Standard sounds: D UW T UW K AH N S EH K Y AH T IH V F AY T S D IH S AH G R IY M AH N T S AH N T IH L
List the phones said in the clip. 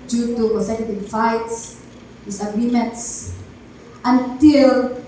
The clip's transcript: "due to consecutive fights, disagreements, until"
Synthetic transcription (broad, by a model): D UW T UW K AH S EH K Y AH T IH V F AY T S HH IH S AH G R IY M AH N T S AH N T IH L